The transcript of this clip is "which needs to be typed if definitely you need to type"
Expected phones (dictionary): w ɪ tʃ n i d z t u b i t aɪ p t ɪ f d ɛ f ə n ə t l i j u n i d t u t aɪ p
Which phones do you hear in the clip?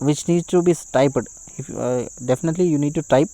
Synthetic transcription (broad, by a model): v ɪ tʃ n i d t u b i t aɪ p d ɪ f d ɛ f ə n ə t l i j u n i d t u t aɪ p